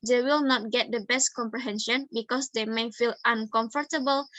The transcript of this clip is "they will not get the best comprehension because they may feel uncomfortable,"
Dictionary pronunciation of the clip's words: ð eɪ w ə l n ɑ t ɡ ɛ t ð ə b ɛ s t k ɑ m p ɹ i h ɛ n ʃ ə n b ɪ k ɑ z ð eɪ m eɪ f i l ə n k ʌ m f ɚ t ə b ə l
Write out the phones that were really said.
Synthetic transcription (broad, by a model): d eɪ w ə l n ɑ t ɡ ɛ t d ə b ɛ s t k ɑ m p ɹ i h ɛ n ʃ ə n b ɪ k ɑ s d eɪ m eɪ f i l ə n k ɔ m f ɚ t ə b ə l